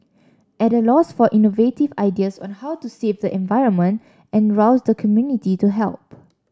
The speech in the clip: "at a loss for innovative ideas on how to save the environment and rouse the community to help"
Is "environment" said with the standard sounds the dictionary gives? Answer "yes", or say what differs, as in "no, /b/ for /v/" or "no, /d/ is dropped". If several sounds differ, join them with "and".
yes